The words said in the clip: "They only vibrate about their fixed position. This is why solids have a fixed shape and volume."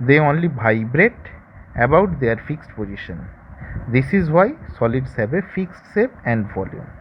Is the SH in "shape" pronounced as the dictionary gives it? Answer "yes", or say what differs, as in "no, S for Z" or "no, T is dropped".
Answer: no, S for SH